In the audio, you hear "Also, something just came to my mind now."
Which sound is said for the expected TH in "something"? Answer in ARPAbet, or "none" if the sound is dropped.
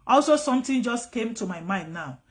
T